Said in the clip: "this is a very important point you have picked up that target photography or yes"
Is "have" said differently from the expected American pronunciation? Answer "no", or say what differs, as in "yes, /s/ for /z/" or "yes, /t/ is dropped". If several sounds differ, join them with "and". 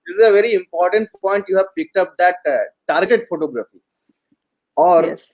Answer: no